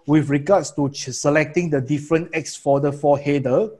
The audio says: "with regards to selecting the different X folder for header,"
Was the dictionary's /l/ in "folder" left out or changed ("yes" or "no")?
yes